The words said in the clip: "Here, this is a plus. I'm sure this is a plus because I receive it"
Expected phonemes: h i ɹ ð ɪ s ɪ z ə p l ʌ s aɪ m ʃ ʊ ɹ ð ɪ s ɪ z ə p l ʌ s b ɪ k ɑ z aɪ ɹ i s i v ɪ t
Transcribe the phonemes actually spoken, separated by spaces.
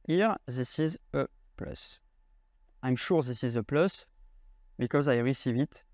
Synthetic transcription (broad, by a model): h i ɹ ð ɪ s ɪ z ə p l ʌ s aɪ m ʃ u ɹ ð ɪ s ɪ z ə p l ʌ s b ɪ k ɑ z aɪ ɹ i s i v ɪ t